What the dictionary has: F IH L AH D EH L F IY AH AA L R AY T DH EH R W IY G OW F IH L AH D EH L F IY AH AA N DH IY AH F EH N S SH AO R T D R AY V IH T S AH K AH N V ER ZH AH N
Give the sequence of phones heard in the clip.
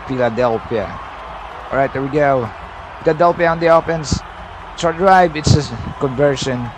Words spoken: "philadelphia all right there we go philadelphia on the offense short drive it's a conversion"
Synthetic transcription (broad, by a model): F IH L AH D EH L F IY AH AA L R AY T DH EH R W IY G OW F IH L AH D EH L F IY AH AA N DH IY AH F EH N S S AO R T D R AY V IH T S AH K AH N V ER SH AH N